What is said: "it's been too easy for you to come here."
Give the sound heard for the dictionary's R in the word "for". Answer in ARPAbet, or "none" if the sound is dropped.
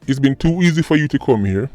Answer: R